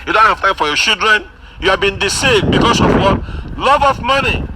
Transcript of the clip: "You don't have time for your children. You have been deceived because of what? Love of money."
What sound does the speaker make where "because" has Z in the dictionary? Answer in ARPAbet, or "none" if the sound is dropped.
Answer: S